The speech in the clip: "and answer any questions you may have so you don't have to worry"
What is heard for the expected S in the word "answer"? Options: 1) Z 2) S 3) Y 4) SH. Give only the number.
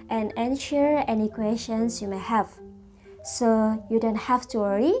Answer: 4